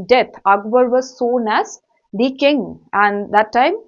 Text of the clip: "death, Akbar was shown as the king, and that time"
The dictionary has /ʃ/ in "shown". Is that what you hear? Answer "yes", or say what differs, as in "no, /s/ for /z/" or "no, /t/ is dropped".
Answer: no, /s/ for /ʃ/